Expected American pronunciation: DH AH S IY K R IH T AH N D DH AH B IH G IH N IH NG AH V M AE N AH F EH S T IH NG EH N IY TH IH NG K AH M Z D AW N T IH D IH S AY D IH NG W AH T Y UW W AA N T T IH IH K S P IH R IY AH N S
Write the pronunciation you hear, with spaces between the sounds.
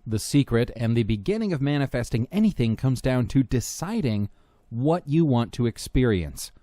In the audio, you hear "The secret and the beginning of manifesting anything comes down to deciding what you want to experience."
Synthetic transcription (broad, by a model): DH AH S IY K R IH T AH N DH AH B IH G IH N IH NG AH V M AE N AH F EH S T IH NG EH N IY TH IH NG K AH M Z D AW N T IH D IH S AY D IH NG W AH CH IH W AA N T T IH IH K S P IH R IY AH N S